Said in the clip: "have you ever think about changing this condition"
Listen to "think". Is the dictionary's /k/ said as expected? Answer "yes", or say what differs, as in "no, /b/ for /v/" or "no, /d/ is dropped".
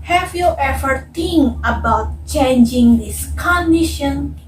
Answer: no, /k/ is dropped